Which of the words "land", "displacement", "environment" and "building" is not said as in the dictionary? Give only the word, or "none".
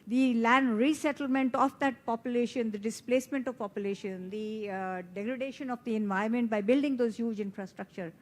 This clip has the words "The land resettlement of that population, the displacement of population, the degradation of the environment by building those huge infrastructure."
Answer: environment